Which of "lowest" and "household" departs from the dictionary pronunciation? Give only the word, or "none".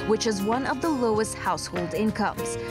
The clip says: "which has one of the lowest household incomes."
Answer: none